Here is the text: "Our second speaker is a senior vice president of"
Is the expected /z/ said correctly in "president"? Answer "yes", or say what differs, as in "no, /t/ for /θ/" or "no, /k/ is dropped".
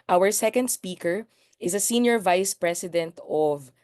no, /s/ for /z/